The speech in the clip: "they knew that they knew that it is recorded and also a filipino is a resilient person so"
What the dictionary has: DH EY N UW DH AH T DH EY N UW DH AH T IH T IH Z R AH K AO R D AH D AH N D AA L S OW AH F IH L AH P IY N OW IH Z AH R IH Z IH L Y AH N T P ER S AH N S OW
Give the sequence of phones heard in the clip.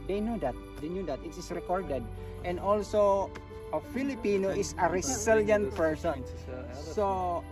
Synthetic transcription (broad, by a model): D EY N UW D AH T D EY N UW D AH T IH T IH S R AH K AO R D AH D AH N D AA L S OW AH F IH L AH P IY N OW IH S AH R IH S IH L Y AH N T P ER S AH N S OW